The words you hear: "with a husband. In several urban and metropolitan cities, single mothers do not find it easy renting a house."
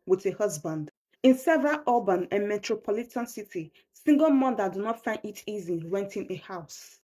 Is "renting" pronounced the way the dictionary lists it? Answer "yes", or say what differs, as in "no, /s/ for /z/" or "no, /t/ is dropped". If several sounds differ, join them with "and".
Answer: no, /w/ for /ɹ/